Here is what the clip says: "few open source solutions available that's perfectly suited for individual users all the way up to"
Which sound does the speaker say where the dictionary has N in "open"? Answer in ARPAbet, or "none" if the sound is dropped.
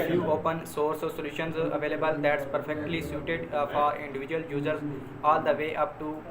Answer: N